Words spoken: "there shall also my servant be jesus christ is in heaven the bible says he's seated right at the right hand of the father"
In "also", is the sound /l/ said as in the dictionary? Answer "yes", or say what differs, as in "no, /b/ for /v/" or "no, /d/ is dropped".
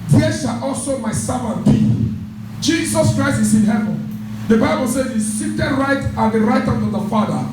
yes